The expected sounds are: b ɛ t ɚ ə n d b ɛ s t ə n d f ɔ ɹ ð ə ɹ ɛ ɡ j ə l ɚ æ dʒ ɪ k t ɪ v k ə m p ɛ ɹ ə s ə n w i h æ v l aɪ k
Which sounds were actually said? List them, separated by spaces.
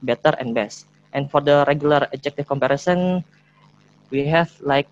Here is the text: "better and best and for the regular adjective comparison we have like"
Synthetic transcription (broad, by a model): b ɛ t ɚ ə n b ɛ s t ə n f ɔ ɹ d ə ɹ ɛ ɡ j ə l ɚ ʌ dʒ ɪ k t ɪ f k ə m p ɛ ɹ ə s ə n w i h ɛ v l aɪ k